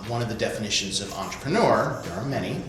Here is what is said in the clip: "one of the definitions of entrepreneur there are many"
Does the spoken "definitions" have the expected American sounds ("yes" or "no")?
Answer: yes